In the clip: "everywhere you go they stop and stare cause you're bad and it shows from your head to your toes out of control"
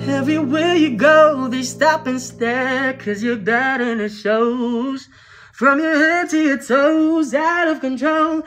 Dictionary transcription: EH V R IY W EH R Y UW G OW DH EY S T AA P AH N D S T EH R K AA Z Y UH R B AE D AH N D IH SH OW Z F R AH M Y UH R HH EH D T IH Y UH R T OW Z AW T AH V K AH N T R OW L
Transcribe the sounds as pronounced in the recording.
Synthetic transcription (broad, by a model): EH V R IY W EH Y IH G OW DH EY S T AA P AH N S T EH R K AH Z Y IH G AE D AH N IH SH OW Z F R AH M Y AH R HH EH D T IH Y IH T OW Z AW T AH V K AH N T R OW L